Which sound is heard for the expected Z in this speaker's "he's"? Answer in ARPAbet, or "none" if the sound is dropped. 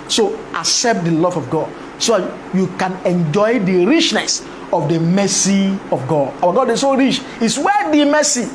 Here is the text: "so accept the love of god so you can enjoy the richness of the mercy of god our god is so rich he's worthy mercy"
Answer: S